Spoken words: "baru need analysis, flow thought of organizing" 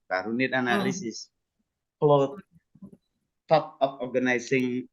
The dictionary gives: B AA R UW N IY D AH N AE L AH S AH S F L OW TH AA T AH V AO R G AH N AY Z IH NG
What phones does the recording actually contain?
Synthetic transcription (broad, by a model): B AA R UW N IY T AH N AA L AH S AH S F L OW T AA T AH P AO R G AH N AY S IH NG